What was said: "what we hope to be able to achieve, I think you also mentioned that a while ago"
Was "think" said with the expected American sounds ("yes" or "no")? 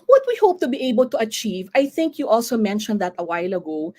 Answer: yes